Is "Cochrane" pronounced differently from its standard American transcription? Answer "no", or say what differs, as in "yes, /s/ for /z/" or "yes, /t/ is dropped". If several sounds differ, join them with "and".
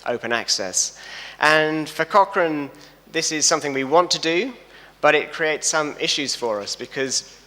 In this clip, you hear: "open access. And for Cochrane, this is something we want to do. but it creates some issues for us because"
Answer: no